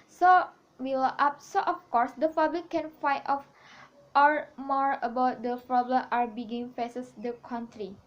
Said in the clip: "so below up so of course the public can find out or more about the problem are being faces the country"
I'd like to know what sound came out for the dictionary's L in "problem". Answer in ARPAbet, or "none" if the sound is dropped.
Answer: L